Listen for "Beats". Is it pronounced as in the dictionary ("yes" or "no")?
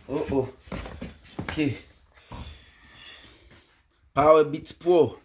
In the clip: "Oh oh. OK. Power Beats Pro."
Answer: no